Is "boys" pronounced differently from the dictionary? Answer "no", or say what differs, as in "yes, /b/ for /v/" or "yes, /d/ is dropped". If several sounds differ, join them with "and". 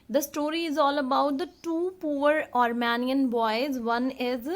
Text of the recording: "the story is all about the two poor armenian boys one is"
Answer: no